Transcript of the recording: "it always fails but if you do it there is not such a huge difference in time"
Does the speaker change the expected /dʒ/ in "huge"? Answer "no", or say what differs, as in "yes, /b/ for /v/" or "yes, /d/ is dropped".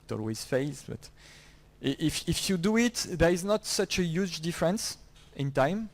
no